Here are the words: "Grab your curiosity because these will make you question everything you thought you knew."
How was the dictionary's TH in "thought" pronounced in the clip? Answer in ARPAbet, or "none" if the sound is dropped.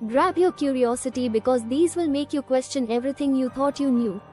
T